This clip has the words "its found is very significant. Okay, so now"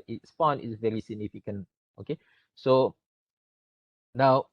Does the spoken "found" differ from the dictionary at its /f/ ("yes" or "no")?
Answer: yes